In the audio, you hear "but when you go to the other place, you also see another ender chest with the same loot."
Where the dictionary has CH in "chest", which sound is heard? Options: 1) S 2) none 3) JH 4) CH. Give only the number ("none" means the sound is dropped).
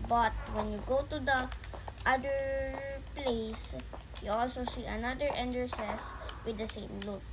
1